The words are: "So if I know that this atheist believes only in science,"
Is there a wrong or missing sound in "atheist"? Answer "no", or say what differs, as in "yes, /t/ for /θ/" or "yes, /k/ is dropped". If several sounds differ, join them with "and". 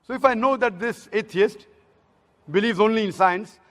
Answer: yes, /t/ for /θ/